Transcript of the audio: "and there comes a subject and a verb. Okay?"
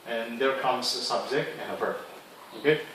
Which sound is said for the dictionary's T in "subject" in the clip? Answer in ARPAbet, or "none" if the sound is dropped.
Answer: none